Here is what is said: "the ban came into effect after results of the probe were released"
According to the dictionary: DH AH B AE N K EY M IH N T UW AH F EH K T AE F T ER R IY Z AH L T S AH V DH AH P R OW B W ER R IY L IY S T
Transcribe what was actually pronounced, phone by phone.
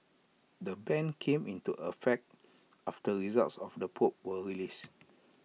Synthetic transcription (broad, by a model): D AH B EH N K EY M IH N T UW AH F EH K T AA F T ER R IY Z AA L T S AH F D AH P OW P W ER R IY L IY S